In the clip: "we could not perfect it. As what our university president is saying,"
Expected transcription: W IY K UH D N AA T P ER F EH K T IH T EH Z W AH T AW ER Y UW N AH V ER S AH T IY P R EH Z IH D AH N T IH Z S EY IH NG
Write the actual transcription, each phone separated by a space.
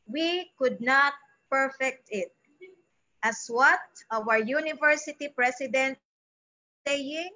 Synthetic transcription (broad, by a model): W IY K UH D N AA T P ER F EH K T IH T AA S W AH T AW ER Y UW N AH V ER S AH T IY P R EH S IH D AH N T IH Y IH NG